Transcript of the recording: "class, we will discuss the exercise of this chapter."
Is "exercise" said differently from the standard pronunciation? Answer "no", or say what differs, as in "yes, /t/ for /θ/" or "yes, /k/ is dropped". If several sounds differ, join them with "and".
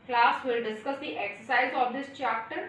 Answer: no